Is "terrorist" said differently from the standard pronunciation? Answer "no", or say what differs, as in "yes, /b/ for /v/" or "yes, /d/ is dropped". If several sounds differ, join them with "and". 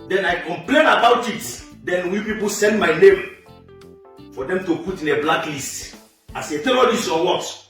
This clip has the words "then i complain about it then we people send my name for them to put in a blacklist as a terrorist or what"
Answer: yes, /l/ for /ɹ/ and /t/ is dropped